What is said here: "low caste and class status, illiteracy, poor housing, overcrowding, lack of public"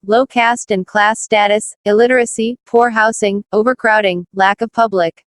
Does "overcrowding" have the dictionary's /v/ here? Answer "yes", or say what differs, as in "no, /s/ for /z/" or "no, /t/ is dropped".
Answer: yes